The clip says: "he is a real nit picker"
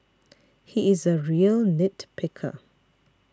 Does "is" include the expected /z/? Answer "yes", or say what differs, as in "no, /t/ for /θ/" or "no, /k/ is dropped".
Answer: yes